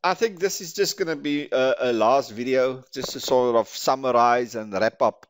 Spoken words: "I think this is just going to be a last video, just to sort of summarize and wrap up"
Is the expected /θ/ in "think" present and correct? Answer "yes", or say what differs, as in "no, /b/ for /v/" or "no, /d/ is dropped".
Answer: yes